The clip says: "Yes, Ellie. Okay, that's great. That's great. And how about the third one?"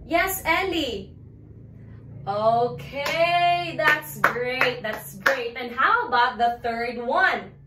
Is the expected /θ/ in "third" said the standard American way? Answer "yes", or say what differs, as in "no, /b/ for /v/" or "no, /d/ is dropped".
yes